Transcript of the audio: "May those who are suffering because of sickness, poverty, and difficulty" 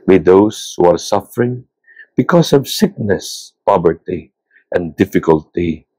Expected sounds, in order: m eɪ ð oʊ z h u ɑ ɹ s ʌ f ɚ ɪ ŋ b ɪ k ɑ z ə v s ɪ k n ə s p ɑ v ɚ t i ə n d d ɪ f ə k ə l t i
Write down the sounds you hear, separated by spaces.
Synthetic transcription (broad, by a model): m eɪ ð oʊ s h u ɑ ɹ s ʌ f ɚ ɪ ŋ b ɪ k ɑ s ə v s ɪ k n ə s p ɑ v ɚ t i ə n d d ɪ f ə k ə l t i